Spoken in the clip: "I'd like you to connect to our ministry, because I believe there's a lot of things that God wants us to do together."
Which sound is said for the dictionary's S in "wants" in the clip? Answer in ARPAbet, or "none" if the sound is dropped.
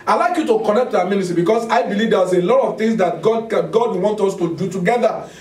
none